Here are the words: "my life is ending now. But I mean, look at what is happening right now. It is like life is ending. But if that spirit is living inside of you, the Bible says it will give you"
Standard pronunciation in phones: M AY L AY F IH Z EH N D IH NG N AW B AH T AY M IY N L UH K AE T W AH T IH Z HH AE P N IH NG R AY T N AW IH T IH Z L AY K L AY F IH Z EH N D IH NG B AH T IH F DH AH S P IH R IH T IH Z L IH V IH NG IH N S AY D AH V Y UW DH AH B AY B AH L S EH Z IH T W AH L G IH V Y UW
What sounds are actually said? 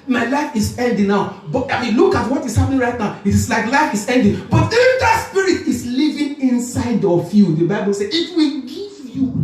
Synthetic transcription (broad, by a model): M AY L AY F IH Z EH L D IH N AW B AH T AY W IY L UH K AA T W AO T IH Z HH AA P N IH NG R AY T N AW IH T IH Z L AY K L AY F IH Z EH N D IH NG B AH T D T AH S P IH R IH T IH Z L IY V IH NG IH N S AY D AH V Y UW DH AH B AY B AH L S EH IH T W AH G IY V Y UW